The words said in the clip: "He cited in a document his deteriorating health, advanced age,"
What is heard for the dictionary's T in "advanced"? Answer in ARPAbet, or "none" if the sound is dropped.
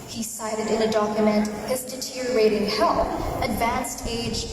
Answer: T